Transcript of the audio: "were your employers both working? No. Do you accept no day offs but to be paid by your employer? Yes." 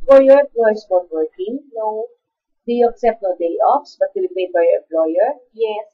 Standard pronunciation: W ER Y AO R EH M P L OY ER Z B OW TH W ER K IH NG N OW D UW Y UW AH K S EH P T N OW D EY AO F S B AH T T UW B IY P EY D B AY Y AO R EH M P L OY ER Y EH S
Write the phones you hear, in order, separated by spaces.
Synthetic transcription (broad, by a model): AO Y AO R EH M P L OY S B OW T W ER K IH NG N OW D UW Y UW AH K S EH P T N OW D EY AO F S B AH T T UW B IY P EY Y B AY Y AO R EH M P L OY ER Y EH S